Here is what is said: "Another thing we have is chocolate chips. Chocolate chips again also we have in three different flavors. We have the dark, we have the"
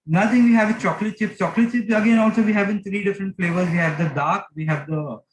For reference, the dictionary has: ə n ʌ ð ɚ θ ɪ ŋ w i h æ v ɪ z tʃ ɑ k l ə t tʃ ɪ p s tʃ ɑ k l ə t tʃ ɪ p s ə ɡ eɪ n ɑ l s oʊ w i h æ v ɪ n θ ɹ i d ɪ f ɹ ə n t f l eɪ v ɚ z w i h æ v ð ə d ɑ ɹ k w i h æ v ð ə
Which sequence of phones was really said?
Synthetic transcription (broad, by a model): n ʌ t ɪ ŋ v i h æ v tʃ ɑ k l ə t tʃ ɪ p s tʃ ɑ k l ə t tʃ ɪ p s ə ɡ eɪ n ɑ l s oʊ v i h æ v ɪ n t ɹ i d ɪ f ɹ ə n t f l eɪ v ɚ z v i h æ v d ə d ɑ ɹ k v i h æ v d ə